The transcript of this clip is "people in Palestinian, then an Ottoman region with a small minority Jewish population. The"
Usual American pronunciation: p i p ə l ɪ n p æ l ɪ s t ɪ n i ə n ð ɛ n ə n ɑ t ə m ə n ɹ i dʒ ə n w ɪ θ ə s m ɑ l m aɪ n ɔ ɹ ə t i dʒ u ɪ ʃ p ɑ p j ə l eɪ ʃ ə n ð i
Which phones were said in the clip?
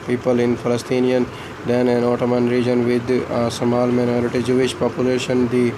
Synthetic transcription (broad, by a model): p i p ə l ɪ n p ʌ l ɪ s t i n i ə n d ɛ n ə n ɑ t ə m ə n ɹ i dʒ ə n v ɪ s ə m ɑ l m aɪ n ɔ ɹ ə t i dʒ u ɪ ʃ p ɑ p j ə l eɪ ʃ ə n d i